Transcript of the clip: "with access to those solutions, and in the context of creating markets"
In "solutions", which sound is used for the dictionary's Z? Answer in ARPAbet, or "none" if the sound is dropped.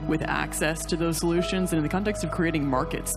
Z